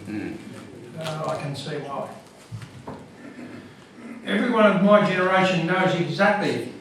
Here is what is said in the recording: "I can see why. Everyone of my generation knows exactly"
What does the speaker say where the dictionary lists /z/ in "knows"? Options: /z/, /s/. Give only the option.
/z/